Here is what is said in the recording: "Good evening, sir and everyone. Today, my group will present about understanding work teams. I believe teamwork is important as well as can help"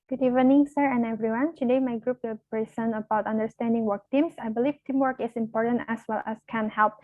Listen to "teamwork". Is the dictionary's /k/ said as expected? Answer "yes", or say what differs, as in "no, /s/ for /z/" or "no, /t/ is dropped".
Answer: yes